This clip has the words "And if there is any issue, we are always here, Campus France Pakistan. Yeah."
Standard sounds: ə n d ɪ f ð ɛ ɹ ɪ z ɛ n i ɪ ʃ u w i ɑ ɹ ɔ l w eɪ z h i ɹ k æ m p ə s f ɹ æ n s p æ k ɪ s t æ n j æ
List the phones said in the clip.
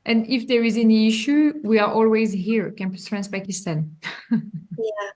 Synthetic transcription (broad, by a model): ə n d ɪ f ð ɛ ɹ ɪ z ɛ n i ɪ ʃ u w i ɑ ɹ ɔ l w eɪ z h i ɹ k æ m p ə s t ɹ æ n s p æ k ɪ s t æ n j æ